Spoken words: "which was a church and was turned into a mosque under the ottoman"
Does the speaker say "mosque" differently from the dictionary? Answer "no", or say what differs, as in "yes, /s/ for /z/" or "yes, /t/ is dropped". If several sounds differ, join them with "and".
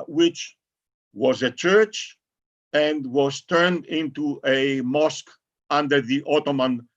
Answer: no